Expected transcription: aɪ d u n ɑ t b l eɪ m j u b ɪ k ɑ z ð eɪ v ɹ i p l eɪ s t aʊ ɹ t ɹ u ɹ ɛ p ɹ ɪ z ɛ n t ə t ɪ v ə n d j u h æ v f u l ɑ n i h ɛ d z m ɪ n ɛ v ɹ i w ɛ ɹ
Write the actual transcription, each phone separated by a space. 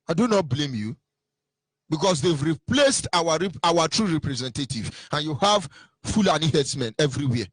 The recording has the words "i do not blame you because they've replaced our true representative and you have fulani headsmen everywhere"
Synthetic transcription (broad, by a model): aɪ d u n ɑ t b l eɪ m j u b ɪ k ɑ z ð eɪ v ɹ i p l eɪ s t aʊ ɹ t ɹ u ɹ ɛ p ɹ ɪ z ɛ n t ə t ɪ v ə n j u h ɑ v f u l ɑ n i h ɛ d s m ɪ n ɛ v ɹ i w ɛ